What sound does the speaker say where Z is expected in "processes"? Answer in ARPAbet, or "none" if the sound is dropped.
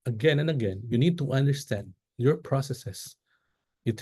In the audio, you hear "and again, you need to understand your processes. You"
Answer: S